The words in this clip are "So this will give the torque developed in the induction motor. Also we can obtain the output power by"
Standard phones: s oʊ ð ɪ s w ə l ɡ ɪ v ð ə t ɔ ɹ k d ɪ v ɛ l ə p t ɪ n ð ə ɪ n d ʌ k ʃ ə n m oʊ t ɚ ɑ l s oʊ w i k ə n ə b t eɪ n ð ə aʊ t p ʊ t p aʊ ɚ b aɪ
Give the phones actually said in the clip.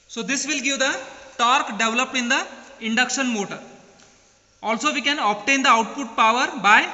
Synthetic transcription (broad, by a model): s oʊ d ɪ s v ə l ɡ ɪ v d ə t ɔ ɹ k d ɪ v l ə p ɪ n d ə ɪ n d ʌ k ʃ ə n m oʊ t ɚ ɑ l s oʊ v i k ə n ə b t eɪ n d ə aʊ t p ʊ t p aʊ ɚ b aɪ